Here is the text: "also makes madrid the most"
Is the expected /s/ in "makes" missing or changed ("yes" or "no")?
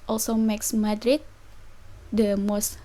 no